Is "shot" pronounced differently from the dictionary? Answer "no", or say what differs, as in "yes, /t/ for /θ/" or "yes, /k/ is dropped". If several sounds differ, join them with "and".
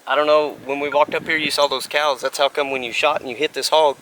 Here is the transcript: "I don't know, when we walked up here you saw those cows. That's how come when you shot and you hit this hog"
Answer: no